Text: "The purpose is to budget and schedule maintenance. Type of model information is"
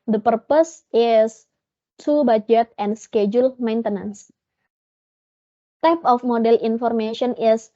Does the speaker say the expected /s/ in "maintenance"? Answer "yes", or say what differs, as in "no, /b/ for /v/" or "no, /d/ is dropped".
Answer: yes